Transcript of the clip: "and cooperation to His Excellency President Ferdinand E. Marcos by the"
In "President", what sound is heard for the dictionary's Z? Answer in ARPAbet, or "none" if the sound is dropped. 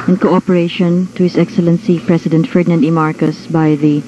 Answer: S